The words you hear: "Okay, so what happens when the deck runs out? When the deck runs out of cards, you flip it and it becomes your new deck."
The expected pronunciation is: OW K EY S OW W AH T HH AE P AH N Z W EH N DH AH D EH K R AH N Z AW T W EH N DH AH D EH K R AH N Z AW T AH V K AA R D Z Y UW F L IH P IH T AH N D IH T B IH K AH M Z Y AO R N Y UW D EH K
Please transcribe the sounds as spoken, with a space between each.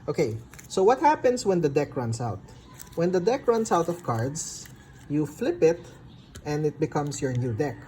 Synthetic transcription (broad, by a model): OW K EY S OW W AH T HH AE P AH N S W EH N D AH D EH K R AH N S AW T W EH N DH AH D EH K R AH N S AW T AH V K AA R D S Y UW F L IH P IH T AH N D IH T B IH K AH M S Y AO R N Y UW D EH K